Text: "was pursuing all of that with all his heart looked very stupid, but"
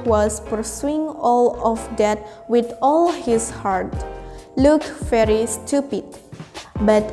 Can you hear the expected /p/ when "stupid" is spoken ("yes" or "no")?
yes